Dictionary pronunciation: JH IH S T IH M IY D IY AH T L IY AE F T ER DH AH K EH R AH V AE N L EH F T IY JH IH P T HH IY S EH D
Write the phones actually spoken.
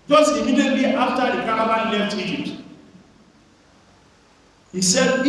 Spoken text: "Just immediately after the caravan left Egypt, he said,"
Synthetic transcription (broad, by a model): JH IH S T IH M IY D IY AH T IY F T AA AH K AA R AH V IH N L EH F T IY JH IH P T HH IY S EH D